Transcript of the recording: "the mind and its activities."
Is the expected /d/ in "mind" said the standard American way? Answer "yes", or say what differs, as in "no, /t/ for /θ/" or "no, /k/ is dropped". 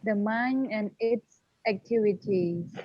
no, /d/ is dropped